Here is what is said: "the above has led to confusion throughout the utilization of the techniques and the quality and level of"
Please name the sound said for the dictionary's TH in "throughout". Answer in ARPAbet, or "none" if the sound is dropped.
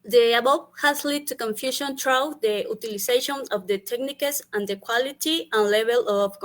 T